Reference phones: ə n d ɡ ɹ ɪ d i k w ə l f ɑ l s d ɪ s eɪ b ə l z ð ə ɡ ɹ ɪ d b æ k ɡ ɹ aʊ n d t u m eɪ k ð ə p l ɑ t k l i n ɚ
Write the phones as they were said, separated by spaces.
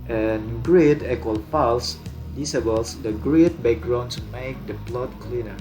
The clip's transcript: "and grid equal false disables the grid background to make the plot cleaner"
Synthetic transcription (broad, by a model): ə n ɡ ɹ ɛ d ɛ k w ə l p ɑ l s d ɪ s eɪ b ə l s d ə ɡ ɹ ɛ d b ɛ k ɡ ɹ aʊ n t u m eɪ k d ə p l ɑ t k l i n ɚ